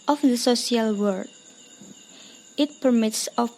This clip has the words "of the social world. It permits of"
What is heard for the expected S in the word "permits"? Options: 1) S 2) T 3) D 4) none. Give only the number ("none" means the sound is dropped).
1